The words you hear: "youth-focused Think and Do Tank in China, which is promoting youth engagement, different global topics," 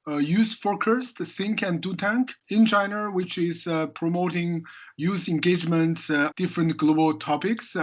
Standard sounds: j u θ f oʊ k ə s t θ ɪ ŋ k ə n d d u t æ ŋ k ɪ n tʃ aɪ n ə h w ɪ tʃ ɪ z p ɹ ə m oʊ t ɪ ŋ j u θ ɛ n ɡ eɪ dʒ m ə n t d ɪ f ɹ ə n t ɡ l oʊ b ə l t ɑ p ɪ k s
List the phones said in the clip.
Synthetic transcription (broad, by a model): j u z f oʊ k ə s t s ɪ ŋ k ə n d d u t æ ŋ k ɪ n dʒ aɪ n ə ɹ w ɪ tʃ ɪ z p ɹ ə m oʊ t ɪ ŋ j u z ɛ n ɡ eɪ dʒ m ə n t d ɪ f ɹ ə n t ɡ l oʊ b ə l t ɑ p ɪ k s